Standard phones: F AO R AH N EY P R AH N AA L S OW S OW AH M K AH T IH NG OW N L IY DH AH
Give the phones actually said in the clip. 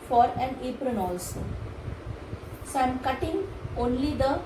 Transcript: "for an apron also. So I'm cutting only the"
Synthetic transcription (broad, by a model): F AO R AH N EY P R AH N AA L S OW S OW AH M K AH T IH NG OW N L IY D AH